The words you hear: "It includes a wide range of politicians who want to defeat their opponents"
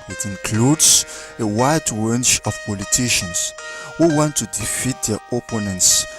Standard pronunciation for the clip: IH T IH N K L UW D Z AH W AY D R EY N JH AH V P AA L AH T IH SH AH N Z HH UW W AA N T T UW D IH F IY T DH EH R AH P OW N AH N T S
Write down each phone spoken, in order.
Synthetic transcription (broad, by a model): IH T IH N K L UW D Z AH W AY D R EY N CH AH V P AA L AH T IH SH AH N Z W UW W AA N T T UW D IH F IY T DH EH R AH P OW N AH N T S